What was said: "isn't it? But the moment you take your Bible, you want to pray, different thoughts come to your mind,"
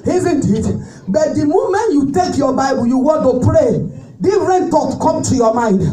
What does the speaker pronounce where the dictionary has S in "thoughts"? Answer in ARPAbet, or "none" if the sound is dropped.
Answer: none